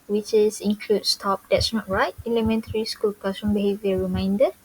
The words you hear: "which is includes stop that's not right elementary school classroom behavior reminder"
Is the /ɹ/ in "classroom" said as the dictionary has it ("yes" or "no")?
no